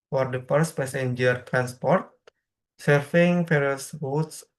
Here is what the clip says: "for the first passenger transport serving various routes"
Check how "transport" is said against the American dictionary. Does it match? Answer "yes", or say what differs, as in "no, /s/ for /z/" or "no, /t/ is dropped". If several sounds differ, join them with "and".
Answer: yes